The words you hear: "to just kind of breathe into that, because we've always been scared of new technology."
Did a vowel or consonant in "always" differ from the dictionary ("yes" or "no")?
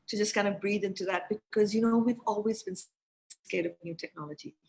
no